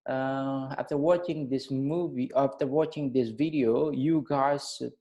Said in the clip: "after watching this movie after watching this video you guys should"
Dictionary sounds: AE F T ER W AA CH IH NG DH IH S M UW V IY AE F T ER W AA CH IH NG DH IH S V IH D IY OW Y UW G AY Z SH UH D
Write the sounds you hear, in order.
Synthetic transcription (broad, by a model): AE F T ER W AA CH IH NG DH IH S M UW V IY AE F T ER W AA CH IH NG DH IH S V IH D IY OW Y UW G AY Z